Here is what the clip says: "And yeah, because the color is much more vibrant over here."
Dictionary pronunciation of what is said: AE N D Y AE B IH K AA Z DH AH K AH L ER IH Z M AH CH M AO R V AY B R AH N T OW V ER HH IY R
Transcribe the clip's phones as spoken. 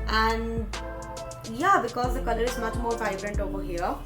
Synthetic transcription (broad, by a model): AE N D Y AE B IH K AA Z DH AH K AH L ER IH Z M AH CH M AO R F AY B R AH N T OW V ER HH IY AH